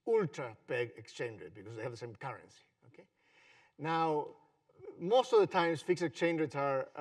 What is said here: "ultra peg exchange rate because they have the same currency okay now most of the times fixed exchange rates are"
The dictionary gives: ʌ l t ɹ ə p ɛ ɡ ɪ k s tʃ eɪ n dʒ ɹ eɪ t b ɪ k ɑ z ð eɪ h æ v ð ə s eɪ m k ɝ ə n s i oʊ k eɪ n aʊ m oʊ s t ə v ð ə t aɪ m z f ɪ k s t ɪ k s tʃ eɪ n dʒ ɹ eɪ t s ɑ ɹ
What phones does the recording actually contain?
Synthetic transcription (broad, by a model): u l t ɹ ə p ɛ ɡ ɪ k s tʃ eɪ n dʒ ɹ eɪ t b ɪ k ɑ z ð eɪ h æ v ð ə s eɪ m k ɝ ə n s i oʊ k eɪ n aʊ m oʊ s t ə v ð ə t aɪ m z f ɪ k s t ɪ k s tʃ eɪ n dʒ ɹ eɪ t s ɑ ɹ